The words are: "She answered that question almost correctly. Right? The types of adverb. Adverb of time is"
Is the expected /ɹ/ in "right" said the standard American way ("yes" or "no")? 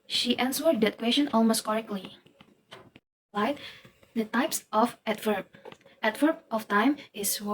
no